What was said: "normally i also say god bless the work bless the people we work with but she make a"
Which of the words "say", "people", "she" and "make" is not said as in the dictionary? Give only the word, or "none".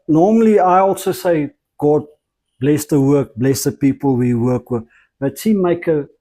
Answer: she